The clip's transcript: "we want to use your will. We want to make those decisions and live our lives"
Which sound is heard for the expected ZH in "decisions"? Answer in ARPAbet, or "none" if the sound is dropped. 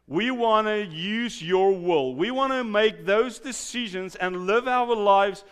ZH